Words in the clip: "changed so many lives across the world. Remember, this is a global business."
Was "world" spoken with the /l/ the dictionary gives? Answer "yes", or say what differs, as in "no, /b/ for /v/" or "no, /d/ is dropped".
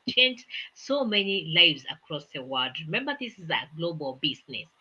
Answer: no, /l/ is dropped